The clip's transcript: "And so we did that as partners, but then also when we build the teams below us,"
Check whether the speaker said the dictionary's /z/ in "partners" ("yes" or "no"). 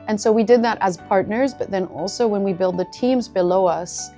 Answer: yes